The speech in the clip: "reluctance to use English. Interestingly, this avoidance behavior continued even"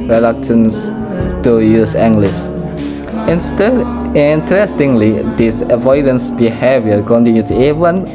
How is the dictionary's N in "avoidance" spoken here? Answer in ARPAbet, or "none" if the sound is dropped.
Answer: N